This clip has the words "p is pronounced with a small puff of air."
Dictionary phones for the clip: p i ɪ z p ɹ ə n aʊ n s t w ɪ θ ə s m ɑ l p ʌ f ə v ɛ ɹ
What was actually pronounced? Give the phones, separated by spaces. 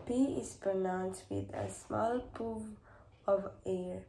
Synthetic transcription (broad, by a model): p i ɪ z p ɹ ə n aʊ n s t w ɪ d ə s m ɑ l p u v ə v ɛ ɹ